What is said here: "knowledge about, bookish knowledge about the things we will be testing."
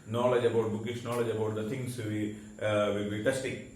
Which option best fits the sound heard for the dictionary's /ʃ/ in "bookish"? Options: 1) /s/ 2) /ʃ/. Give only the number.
1